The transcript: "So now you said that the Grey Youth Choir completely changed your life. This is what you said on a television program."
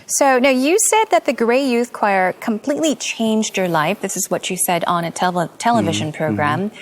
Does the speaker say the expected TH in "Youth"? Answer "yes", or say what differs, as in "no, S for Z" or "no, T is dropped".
yes